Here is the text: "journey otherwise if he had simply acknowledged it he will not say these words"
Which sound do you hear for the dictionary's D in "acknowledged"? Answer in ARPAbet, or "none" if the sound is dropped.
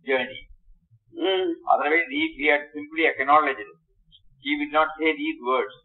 none